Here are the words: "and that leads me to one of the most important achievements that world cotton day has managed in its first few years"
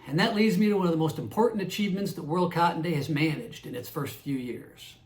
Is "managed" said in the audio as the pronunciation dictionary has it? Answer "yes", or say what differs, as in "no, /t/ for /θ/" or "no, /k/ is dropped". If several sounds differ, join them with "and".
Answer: yes